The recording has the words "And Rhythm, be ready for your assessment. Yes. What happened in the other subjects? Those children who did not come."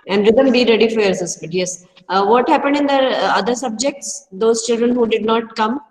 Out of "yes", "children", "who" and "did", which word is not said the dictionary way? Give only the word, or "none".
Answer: none